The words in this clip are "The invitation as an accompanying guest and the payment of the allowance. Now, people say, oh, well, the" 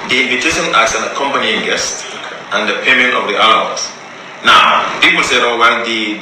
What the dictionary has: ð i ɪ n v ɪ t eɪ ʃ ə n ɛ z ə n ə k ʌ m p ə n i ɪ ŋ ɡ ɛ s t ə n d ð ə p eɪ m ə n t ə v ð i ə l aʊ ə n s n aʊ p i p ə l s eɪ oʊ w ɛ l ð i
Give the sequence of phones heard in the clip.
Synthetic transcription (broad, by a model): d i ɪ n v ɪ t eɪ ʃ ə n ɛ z ə n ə k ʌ m p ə n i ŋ ɡ ɛ s t ə n d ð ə p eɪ m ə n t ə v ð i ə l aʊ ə s n aʊ p i p ə l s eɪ oʊ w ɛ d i